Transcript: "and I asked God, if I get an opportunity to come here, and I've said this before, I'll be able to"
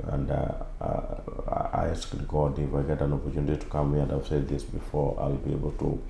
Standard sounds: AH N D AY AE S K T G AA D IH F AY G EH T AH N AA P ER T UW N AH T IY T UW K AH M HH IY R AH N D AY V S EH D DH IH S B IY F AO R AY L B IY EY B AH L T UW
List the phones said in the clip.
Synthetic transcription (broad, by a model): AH N D AY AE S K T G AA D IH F AY G EH T AH N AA P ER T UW N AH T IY T UW K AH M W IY AH N D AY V S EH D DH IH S B IY F AO R AY L B IY EY B AH L T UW